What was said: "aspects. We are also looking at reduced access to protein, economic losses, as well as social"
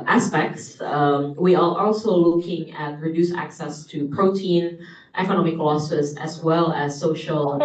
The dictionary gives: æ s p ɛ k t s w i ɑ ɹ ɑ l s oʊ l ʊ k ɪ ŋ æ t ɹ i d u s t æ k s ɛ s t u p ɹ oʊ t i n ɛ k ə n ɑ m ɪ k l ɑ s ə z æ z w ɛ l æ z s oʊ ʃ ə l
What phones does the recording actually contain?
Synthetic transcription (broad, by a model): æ s p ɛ k t s w i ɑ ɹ ɑ l s oʊ l ʊ k ɪ ŋ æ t ɹ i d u s æ k s ɛ s t u p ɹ oʊ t i n ɛ k ə n ɑ m ɪ k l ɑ s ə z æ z w ɛ l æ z s oʊ ʃ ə l